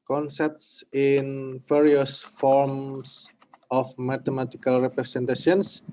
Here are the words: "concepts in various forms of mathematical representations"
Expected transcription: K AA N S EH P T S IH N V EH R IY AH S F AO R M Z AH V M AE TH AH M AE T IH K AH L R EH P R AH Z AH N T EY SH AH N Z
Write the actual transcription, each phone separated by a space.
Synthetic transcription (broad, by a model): K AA N S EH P T S IH N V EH R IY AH S F AO R M S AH F M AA T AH M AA T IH K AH L R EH P R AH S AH N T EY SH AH N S